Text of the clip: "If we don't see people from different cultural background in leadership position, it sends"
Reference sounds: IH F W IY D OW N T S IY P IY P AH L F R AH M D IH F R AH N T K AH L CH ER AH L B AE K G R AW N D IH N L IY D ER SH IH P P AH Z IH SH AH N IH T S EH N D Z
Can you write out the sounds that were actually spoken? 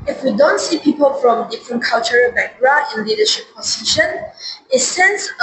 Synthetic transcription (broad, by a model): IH F W IY D OW N T S IY P IY P AH L F R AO M D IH F R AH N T K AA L CH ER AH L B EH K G R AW D IH N L IY D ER SH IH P P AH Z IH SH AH N IH T S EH N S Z